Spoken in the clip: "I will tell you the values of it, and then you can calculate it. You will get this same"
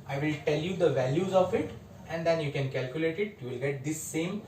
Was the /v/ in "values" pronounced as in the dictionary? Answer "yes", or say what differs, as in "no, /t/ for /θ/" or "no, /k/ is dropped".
yes